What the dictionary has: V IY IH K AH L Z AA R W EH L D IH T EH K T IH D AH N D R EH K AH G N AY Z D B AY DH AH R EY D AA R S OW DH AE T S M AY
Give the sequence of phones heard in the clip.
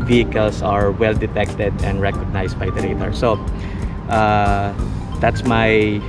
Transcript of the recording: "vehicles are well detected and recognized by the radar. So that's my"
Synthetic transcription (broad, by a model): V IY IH K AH L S AA R W EH L D IH T EH K T IH D AH N D R EH K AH G N AY S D B AY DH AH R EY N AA R S OW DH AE T S M AY